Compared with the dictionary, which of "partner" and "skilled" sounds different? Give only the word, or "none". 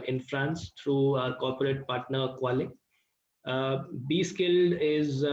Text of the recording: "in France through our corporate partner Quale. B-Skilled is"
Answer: none